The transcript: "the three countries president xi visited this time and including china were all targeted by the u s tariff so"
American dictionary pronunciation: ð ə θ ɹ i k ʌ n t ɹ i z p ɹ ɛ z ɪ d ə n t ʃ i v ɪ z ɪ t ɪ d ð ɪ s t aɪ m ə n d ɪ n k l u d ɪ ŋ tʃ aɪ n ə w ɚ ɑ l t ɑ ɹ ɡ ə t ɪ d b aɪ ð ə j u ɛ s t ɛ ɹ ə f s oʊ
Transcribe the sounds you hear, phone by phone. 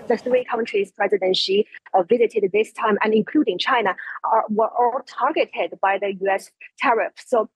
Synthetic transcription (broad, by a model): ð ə θ ɹ i k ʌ n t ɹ i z p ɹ ɛ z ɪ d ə n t ʃ i v ɪ z ɪ t ɪ d ð ɪ s t aɪ m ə n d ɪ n k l u d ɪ ŋ tʃ aɪ n ə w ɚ ɑ l t ɑ ɹ ɡ ə t ɪ d b aɪ ð ə j u ɛ s t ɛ ɹ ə f s oʊ